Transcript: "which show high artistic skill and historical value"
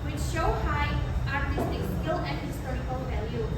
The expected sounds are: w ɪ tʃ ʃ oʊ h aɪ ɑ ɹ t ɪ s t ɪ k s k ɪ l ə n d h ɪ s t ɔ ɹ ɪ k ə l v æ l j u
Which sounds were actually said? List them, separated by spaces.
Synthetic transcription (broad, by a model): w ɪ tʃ ʃ oʊ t aɪ ɑ ɹ t ɪ s t ɪ k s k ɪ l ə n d h ɪ s t ɔ ɹ ɪ k ə l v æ l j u